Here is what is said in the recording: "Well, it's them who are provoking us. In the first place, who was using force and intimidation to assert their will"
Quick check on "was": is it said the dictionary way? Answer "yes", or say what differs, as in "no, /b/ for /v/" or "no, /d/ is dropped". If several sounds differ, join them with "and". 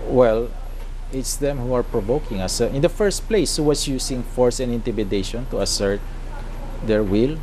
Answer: no, /s/ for /z/